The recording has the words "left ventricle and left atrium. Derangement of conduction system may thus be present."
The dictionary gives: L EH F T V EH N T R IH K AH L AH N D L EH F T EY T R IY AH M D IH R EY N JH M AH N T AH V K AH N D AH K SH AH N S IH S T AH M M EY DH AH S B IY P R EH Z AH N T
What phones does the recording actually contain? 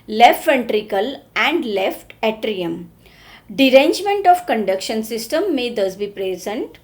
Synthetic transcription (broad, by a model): L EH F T F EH N T R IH K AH L AH N D L EH F T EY T R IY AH M D IH R EY N JH M AH N T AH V K AH N D AH K SH AH N S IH S T AH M M EY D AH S B IY P R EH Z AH N T